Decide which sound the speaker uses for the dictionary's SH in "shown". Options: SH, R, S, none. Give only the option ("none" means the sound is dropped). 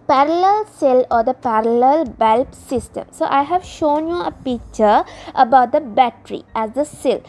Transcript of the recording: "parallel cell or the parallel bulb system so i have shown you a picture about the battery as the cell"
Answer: SH